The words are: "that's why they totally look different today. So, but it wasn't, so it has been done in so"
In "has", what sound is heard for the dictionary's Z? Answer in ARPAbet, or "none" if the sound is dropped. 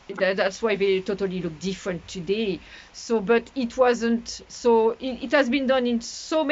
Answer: Z